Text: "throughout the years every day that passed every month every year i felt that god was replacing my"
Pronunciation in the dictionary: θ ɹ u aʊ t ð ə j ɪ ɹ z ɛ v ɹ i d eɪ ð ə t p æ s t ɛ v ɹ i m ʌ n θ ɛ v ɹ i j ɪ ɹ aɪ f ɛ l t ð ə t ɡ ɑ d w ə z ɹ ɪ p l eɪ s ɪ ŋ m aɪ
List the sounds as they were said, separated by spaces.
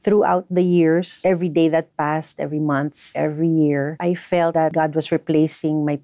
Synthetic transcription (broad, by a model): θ ɹ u aʊ t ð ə j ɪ ɹ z ɛ v ɹ i d eɪ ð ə t p æ s t ɛ v ɹ i m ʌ n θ ɛ v ɹ i j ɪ ɹ aɪ f ɛ l t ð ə t ɡ ɑ d w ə s ɹ ɪ p l eɪ s ɪ ŋ m aɪ